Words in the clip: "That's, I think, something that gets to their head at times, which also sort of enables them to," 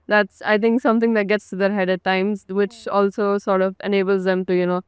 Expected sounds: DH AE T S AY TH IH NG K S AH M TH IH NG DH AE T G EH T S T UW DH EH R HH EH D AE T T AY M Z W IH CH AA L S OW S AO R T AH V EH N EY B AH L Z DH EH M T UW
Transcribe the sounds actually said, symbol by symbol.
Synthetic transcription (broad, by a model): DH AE T S AY T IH NG K S AH M T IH NG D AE T G EH T S T UW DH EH R HH EH D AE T T AY M Z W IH CH AA L S OW S AO R T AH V EH N EY B AH L Z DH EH M T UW